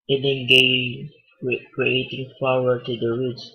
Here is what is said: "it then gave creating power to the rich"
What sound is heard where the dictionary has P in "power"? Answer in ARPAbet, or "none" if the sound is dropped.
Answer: F